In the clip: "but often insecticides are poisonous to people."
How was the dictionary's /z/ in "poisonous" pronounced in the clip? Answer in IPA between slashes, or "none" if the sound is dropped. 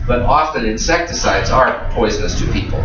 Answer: /z/